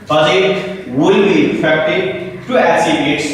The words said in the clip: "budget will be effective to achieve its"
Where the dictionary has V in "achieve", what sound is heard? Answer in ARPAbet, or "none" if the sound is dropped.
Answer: B